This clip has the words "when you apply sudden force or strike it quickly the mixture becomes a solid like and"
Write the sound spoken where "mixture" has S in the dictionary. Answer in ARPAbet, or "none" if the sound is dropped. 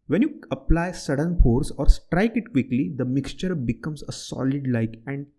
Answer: S